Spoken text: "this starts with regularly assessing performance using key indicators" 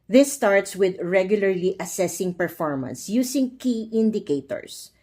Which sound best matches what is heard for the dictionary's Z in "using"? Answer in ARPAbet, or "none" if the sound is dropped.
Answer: S